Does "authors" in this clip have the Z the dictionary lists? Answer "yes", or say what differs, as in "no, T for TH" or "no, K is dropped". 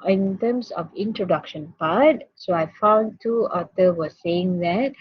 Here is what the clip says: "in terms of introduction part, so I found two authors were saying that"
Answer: no, Z is dropped